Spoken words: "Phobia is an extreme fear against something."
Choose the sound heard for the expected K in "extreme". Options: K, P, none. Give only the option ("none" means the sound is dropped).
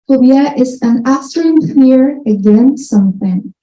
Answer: none